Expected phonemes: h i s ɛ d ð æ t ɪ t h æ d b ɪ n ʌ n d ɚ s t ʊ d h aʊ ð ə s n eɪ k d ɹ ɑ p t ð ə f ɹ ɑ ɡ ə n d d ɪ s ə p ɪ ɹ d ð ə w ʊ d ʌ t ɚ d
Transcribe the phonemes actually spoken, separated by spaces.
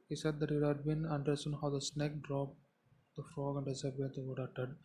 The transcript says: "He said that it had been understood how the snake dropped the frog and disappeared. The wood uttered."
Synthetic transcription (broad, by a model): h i s ɛ d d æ t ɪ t h æ d b ɪ n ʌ n d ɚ s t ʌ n h aʊ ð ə s n eɪ k d ɹ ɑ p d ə f ɹ ɑ ɡ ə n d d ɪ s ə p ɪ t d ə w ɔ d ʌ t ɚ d